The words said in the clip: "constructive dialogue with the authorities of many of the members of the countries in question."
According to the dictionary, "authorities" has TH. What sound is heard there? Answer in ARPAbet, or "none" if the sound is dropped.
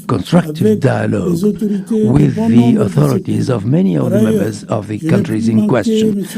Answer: TH